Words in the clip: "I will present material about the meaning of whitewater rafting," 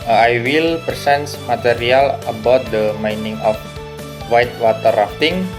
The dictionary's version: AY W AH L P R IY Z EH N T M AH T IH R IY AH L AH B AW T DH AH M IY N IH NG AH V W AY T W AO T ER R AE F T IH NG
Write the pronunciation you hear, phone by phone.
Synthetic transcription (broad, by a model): AY W AH L P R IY S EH N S M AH T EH R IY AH L AH B AW T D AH M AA N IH NG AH F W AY T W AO T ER R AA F T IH NG